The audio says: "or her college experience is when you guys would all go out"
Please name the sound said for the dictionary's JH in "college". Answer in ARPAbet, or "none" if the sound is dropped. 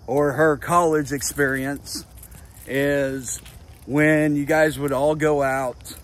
JH